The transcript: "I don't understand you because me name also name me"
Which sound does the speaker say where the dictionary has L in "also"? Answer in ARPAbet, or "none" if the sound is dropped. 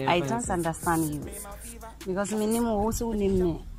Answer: W